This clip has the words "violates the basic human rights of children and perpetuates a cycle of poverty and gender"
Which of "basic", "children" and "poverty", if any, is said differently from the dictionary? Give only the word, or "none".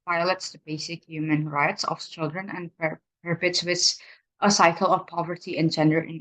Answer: none